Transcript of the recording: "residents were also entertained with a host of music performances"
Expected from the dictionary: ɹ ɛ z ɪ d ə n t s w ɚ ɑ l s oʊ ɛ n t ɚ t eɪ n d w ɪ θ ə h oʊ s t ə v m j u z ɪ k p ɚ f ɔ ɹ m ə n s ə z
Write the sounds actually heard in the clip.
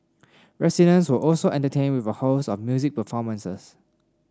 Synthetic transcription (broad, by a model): ɹ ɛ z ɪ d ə n s w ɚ ɑ l s oʊ ɛ n t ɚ t eɪ n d w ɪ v ə h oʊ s ə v m j u z ɪ k p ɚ f ɔ m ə n s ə s